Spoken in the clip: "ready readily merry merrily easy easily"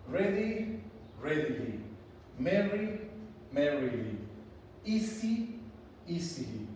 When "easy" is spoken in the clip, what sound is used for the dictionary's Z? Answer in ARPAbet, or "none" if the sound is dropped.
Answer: S